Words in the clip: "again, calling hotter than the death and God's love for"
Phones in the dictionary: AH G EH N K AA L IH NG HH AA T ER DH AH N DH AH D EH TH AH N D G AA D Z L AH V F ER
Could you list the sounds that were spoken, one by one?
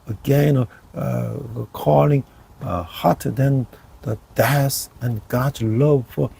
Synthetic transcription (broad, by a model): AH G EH N K AA L IH NG HH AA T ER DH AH N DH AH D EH S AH N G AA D L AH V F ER